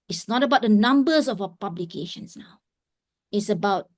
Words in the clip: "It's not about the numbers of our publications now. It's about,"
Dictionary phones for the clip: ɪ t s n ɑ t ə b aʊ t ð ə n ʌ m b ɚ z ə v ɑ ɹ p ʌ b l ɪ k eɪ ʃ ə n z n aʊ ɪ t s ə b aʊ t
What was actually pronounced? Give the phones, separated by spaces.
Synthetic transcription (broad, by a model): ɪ t s n ɑ t ə b aʊ t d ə n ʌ m b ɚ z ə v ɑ p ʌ b l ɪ k eɪ ʃ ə n s n aʊ ɪ t s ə b aʊ t